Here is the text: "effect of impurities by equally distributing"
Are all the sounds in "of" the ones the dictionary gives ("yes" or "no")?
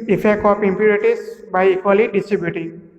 no